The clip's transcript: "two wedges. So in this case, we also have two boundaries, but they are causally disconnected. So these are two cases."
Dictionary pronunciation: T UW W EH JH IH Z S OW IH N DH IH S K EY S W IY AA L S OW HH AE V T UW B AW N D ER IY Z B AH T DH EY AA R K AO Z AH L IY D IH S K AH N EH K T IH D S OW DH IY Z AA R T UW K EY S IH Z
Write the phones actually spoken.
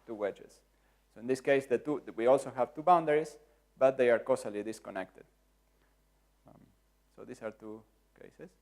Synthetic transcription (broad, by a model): T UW W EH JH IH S S OW IH N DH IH S K EY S W IY AA L S OW HH AE V T UW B AW N D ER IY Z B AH T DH EY AA R K AO S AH L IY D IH S K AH N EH K T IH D S OW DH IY S AA R T UW K EY S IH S